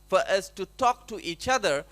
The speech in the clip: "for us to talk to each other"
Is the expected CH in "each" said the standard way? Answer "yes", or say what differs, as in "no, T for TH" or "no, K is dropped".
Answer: yes